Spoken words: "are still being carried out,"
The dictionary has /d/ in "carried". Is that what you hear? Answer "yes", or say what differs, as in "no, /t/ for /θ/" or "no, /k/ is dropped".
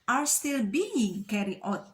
no, /d/ is dropped